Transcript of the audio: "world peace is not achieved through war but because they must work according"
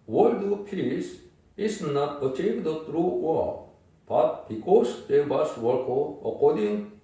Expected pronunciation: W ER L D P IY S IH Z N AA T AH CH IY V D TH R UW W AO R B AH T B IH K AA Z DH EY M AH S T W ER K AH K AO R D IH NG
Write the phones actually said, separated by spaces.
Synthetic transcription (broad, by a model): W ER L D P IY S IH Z N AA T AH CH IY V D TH R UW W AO L B AH T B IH K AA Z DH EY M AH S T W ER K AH K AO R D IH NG